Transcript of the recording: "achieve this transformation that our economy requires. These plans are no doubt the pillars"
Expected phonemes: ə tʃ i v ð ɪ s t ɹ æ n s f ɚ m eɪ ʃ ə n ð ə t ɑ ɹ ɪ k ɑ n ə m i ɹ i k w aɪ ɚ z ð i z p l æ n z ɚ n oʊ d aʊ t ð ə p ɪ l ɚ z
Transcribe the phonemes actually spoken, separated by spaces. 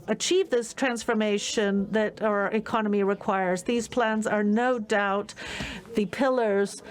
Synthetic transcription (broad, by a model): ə tʃ i v ð ɪ s t ɹ æ n s f ɚ m eɪ ʃ ə n ð ə t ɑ ɹ ɪ k ɑ n ə m i ɹ i k w aɪ ɚ z ð i z p l æ n z ɚ n oʊ d aʊ t ð ə p ɪ l ɚ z